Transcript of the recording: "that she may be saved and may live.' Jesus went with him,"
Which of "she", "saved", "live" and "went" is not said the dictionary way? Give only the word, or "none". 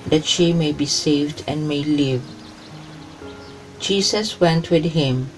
none